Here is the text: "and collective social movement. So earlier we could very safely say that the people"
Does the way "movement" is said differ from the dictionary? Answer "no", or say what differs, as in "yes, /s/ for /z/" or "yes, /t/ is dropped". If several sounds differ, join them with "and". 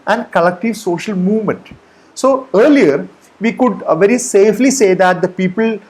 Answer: no